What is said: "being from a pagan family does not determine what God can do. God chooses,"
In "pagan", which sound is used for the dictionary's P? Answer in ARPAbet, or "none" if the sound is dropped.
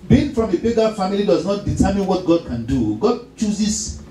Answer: B